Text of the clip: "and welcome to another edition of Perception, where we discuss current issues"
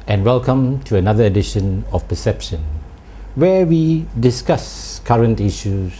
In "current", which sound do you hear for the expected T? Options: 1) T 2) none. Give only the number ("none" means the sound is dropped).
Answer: 1